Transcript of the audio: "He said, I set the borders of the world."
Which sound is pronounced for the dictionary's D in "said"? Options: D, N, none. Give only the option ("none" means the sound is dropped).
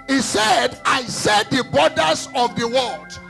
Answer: D